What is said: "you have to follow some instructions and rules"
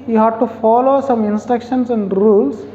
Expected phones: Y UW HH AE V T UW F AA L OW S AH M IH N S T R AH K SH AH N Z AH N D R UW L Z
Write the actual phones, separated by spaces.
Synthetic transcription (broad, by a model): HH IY HH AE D T UW F AA L OW S AH M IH N S T R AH K SH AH N S AH N D R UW L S